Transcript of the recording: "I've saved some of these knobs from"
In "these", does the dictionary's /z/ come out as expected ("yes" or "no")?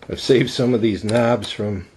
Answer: yes